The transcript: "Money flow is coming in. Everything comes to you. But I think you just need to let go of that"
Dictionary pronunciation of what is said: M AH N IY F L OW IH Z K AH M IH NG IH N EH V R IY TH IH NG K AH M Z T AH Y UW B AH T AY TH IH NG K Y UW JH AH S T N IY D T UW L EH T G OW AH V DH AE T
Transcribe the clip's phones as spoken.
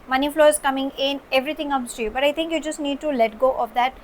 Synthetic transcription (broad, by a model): M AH N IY F L OW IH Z K AH M IH NG IH N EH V R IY T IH NG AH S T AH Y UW B AH T AY T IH NG K Y UW JH AH S T N IY D T UW L EH T G OW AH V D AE T